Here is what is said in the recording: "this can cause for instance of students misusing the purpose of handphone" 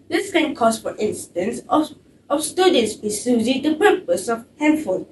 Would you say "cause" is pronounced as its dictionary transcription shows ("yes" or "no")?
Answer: no